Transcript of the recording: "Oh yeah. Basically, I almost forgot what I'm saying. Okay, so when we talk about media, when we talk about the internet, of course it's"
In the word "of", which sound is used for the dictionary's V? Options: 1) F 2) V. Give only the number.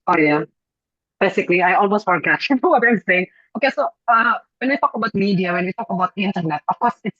1